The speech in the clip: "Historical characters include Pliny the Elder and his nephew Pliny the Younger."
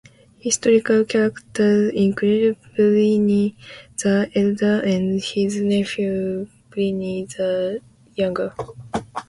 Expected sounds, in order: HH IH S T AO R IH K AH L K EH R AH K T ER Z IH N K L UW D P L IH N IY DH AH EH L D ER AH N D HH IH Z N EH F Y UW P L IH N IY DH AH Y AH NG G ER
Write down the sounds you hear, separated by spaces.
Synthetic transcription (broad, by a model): HH IH S T AO R IH K AH L K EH R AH K T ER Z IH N K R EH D B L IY N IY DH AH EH L D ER AH N D HH IH Z N EH F Y UW B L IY N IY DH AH Y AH NG G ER